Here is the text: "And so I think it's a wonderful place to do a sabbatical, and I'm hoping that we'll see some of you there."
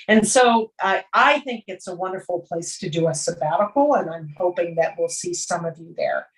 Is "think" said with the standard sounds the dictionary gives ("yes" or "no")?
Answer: yes